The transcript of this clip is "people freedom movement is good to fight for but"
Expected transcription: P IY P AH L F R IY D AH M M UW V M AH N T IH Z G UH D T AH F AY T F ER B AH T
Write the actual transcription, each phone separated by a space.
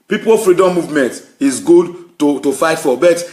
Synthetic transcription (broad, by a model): P IY P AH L F R IY D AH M M UW V M AH N T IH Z G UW D T AH F AY T F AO B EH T